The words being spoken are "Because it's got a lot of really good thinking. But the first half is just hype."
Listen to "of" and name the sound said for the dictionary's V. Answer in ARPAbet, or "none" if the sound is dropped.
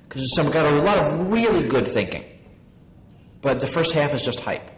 V